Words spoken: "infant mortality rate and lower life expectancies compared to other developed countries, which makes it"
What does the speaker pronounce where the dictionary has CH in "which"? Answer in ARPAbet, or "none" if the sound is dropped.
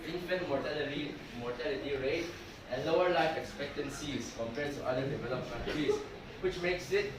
CH